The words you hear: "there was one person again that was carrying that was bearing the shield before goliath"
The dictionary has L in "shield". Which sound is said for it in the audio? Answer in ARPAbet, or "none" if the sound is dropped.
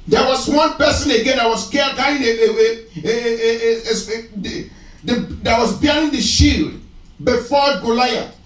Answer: L